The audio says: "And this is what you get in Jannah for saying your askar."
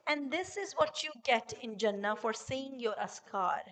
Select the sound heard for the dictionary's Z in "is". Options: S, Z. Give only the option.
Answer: Z